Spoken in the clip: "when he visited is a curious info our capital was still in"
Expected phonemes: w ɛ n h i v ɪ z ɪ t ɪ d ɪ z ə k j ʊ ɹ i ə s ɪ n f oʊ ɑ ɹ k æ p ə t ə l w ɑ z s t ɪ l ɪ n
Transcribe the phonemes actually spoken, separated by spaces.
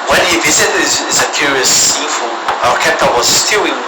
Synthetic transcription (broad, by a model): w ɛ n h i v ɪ s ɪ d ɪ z ə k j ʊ ɹ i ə s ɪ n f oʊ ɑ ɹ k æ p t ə w ɑ z s t ɪ l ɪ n